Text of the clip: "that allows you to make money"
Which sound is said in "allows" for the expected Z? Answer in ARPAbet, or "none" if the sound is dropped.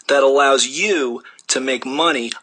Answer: Z